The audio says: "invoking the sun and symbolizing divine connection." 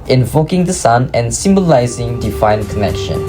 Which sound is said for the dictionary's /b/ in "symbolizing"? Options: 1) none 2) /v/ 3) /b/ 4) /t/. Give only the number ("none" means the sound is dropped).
3